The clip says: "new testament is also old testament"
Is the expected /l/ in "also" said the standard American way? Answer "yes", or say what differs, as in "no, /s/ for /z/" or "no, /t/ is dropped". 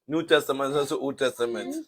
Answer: no, /l/ is dropped